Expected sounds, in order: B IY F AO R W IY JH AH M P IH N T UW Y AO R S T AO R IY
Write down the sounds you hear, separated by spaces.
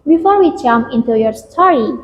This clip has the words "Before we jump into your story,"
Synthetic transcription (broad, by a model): B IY F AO R W IY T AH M IH N T UW Y AO R S T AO R IY